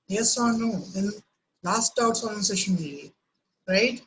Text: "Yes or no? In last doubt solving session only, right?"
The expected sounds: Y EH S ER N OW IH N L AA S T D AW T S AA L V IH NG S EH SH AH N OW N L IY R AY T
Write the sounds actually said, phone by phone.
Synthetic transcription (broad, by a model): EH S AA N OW IH N L AA S T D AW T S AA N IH S EH SH AH N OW L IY R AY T